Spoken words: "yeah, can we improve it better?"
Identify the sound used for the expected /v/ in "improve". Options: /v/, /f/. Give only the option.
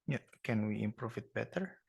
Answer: /f/